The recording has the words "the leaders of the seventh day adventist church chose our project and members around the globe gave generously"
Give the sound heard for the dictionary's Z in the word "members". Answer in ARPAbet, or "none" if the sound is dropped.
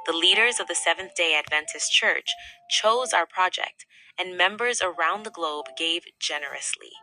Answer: Z